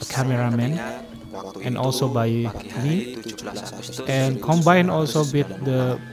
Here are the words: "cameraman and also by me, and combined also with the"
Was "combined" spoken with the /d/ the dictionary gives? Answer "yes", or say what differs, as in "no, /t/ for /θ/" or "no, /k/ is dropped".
no, /d/ is dropped